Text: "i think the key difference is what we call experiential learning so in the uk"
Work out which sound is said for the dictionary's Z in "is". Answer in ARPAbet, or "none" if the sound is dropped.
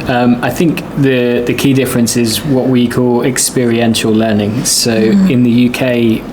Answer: Z